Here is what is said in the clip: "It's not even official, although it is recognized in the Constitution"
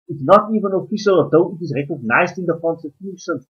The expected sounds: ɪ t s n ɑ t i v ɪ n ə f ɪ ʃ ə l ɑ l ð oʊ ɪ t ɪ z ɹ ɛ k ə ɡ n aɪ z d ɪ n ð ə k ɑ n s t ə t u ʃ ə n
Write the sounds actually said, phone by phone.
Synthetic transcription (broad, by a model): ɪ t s n ɑ t i v ɪ n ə f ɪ ʃ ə l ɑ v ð oʊ ɪ t ɪ z ɹ ɛ k ə ɡ n aɪ z d ɪ n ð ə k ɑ n s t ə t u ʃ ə n